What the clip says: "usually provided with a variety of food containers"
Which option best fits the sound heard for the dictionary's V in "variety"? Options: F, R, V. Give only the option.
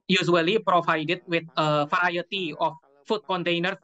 F